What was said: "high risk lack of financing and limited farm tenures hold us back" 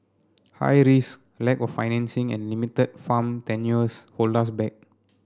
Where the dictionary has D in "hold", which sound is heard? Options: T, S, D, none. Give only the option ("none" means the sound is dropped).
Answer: none